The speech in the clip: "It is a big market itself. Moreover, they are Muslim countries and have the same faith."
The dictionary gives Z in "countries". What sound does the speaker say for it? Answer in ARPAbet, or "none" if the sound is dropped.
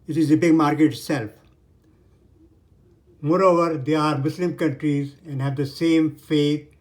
Z